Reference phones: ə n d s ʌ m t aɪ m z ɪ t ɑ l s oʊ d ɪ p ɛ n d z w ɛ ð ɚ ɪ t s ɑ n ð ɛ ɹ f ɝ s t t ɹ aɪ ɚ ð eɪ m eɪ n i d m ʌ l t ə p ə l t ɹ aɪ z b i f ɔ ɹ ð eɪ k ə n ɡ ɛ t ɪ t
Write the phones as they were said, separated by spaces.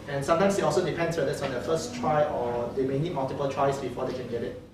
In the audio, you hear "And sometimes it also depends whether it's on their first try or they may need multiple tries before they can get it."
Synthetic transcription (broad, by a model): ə n s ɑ m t aɪ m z ɪ t ɑ l s oʊ d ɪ p ɛ n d s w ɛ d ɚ ɪ t s ɑ n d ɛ f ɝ s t t ɹ aɪ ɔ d eɪ m eɪ n i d m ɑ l t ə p ə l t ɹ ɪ s b i f ɔ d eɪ k ə n ɡ ɛ t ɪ t